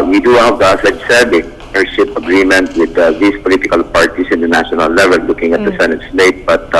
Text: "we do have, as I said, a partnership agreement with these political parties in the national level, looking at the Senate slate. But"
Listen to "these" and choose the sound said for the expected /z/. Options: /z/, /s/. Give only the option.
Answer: /s/